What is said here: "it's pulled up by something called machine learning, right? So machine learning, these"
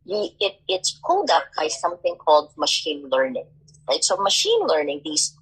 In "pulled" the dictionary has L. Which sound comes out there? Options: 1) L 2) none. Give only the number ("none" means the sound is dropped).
2